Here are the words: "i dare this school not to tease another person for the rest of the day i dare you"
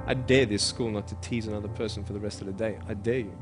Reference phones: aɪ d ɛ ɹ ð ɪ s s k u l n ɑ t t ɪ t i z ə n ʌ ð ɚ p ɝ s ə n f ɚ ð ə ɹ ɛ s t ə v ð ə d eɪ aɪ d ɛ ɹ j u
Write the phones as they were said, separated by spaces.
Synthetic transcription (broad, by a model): aɪ d ɛ ɹ ð ɪ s s k u l n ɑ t t ɪ t i z ə n ʌ ð ɚ p ɝ s ə n f ɚ ð ə ɹ ɛ s t ə v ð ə d eɪ aɪ d ɛ ɹ j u